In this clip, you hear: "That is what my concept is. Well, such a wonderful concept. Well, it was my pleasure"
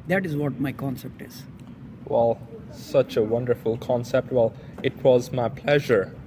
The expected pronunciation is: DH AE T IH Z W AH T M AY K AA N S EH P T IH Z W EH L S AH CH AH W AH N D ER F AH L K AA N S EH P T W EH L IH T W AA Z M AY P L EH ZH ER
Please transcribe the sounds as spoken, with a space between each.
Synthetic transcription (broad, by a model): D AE T IH Z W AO T M AY K AA N S EH P T IH Z W EH L S AH CH AH W AH N D ER F AH L K AA N S EH P T W EH L IH T W AA Z M AY P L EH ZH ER